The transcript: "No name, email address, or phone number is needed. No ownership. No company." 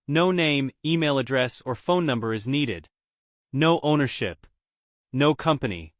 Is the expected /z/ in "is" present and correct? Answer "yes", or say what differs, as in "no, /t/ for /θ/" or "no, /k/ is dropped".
yes